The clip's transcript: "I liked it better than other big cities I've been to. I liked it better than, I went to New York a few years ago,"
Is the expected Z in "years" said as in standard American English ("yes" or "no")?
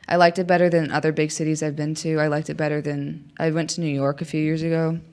yes